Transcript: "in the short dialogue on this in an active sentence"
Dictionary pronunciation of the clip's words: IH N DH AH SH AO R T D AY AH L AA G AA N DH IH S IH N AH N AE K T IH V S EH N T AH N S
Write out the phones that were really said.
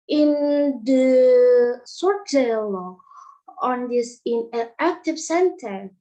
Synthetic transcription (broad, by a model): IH N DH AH S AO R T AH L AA AA N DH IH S IH N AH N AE K T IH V S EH N T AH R